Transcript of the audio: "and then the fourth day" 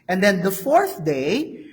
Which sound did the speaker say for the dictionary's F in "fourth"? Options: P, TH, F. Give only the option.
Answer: F